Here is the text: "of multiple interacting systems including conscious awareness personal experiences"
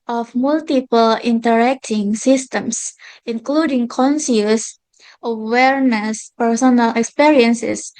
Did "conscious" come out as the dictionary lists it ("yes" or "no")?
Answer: no